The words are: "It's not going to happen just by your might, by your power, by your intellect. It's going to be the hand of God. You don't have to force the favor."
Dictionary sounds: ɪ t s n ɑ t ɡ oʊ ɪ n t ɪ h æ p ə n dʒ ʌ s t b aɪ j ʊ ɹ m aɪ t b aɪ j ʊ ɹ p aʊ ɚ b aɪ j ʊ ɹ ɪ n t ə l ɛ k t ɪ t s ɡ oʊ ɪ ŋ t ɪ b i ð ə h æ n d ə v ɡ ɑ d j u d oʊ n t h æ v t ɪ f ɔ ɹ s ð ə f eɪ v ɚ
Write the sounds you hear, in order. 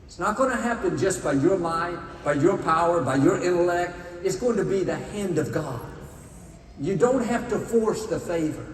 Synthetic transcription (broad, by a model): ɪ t s n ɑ t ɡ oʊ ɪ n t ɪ h æ p ə n dʒ ʌ s b aɪ j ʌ ɹ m aɪ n b aɪ j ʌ ɹ p aʊ ɚ b aɪ j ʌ ɹ ɪ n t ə l ɛ k t ɪ t s ɡ oʊ ɪ ŋ t ɪ b i ð ə h æ n d ə v ɡ ɑ d j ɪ d oʊ n t h æ f t ɪ f ɔ ɹ s ð ə f eɪ v ɚ